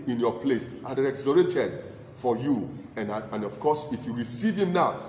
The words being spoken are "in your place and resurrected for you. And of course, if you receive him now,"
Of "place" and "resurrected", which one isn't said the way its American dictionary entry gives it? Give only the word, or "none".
resurrected